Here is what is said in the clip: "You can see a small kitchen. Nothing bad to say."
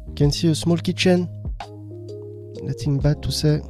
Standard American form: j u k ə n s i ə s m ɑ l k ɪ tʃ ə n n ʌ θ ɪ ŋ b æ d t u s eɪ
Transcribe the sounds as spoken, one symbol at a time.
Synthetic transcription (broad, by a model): k ə n s i ə s m ɑ l k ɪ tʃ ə n l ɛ t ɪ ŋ b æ t u s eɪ